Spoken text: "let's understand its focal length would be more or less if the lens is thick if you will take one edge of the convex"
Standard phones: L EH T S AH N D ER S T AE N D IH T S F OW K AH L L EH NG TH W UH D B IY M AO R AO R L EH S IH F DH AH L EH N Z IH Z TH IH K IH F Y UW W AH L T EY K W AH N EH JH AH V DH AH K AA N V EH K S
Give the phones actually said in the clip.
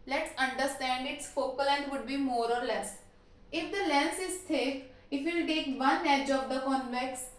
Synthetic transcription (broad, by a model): L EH T S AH N D ER S T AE N D IH T S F OW K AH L L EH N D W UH D B IY M AO R AO R L EH S IH F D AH L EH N S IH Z T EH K IH F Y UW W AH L T EY K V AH N EH JH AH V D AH K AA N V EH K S